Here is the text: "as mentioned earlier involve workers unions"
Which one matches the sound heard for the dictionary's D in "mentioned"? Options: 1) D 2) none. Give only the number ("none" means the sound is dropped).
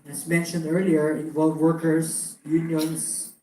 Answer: 1